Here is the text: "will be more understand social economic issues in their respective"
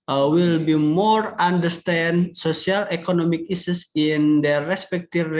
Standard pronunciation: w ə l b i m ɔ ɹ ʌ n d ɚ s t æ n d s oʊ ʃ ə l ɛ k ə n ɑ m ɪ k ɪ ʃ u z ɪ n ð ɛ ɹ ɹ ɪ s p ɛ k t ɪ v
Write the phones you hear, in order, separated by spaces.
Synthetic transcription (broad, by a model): w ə l b i m ɔ ɹ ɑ n d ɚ s t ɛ n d s oʊ s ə l ɛ k ə n ɑ m ɪ k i s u s ɪ n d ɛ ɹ ɹ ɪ s p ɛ k t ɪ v